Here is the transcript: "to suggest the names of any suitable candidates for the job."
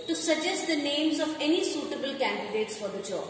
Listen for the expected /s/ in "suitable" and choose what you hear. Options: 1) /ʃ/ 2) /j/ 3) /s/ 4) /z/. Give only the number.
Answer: 3